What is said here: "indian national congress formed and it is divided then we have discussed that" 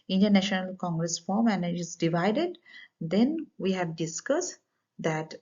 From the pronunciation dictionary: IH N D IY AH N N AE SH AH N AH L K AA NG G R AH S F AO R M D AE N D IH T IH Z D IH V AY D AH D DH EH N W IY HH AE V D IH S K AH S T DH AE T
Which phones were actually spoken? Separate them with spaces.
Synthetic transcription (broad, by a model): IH N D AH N N AE SH AH N AH L K AA NG G R AH S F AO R M AE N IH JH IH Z D IH V AY D AH D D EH N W IY HH AE V D IH S K AH S T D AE T